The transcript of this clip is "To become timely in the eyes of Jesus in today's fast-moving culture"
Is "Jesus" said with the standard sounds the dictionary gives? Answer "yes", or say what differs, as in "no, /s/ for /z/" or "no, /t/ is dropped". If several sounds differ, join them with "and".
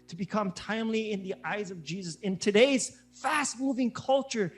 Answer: yes